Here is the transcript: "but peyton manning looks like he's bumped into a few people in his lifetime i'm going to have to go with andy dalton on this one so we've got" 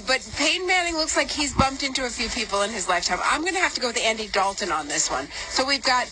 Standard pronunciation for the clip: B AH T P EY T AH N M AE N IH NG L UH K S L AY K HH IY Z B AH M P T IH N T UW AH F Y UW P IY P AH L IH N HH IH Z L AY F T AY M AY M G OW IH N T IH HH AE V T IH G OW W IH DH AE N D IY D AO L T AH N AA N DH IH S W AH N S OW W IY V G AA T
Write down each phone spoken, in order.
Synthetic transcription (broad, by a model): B AH T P EY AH N M AE N IH NG L UH K S L AY K HH IY Z B AH M P T IH N T UW AH F Y UW P IY P L IH N IH Z L AY F T AY M AY M G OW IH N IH HH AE F T IH G OW W IH DH AE N D IY D AO L T AH N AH N DH IH S W AH N S OW W IY V G AA T